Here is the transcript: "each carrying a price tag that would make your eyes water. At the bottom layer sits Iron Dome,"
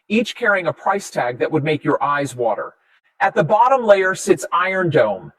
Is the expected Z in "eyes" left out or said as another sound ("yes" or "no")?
no